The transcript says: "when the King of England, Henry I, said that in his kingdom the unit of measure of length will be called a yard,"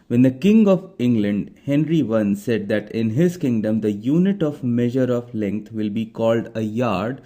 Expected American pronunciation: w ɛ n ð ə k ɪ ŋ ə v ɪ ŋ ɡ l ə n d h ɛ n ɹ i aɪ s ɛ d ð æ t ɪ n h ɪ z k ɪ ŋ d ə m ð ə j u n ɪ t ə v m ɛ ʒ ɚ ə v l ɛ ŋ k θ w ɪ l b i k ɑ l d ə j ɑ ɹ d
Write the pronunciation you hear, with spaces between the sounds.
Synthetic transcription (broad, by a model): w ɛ n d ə k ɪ ŋ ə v ɪ ŋ ɡ l ə n d h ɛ n ɹ i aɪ s ɛ d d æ t ɪ n h ɪ z k ɪ ŋ d ə m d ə j u n ɪ t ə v m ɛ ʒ ɚ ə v l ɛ ŋ k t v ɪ l b i k ɑ l d ə j ɑ ɹ d